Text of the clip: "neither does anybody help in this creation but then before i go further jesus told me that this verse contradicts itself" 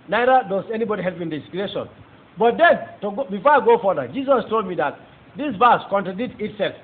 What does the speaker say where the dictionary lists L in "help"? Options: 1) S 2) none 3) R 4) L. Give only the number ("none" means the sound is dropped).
4